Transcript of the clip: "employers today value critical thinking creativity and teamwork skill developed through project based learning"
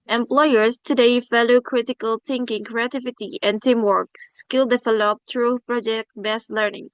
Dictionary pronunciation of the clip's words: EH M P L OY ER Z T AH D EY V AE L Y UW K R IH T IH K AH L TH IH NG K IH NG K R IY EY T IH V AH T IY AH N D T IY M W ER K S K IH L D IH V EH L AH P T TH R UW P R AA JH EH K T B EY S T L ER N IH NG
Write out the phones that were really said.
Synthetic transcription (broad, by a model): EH M P L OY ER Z T AH D EY F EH L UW K R IH T IH K AH L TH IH NG K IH NG K R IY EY T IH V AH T IY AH N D T IY M W ER K S K IH L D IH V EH L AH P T R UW P R AA JH EH K T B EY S L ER N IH NG